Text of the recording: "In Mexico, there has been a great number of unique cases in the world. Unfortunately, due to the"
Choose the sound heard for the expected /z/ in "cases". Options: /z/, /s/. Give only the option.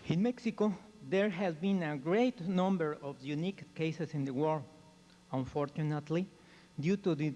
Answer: /s/